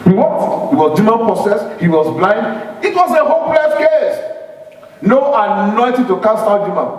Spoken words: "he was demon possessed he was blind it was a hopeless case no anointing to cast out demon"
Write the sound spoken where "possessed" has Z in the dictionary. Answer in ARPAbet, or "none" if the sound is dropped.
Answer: S